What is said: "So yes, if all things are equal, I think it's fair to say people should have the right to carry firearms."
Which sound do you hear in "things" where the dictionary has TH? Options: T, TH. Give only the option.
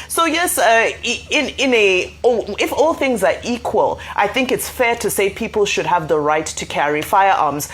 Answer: TH